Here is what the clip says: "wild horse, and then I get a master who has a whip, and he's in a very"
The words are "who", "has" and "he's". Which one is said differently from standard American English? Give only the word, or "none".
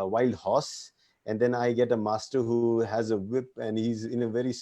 none